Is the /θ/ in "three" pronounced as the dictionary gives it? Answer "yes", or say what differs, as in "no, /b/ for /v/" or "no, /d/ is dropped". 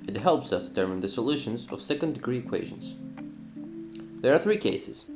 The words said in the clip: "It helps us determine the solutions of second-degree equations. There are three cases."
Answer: yes